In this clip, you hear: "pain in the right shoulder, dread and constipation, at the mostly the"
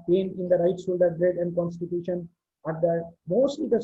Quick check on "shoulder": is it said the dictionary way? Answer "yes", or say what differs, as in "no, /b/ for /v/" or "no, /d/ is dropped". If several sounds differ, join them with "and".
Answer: no, /s/ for /ʃ/